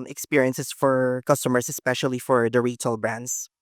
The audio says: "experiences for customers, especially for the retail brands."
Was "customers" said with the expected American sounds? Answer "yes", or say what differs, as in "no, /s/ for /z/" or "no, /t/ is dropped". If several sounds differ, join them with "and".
no, /s/ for /z/